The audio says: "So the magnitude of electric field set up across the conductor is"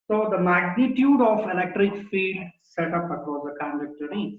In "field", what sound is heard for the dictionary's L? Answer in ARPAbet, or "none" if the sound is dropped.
none